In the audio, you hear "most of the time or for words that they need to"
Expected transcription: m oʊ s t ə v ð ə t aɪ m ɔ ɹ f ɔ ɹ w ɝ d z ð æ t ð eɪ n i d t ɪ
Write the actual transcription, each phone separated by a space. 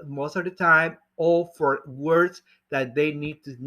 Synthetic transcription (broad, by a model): m oʊ s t ə v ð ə t aɪ m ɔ l f ɔ ɹ w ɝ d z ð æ t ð eɪ n i d t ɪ